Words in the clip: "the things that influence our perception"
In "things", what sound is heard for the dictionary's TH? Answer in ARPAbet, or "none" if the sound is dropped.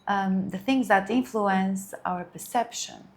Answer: TH